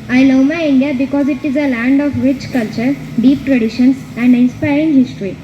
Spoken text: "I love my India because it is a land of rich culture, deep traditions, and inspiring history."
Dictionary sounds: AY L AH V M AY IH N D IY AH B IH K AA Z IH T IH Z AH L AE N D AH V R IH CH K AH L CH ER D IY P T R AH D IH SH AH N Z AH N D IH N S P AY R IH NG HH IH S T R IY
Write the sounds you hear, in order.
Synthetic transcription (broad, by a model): AY N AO M AY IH N D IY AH B IH K AA Z IH T IH Z AH L AE N D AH F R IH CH K AH L CH ER D IY P T R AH D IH SH AH N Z AH N D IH N S P AY R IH NG HH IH S T R IY